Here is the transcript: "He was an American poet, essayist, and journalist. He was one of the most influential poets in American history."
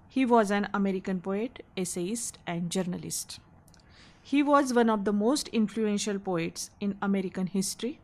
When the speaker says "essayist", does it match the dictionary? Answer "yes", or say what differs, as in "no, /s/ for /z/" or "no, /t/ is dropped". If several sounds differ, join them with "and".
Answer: yes